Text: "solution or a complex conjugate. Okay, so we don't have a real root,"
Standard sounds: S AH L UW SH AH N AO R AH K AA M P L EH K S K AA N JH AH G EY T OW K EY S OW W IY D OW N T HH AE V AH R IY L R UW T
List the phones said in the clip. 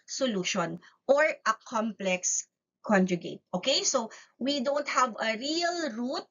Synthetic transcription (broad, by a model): S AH L UW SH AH N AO R AH K AA M P L EH K S K AA N JH AH G EY T OW K EY S OW W IY D OW N T HH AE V AH R IY L R UW T